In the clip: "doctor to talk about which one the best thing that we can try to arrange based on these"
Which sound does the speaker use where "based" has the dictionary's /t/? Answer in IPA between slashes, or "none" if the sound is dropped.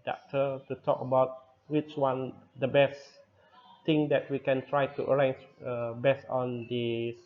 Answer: none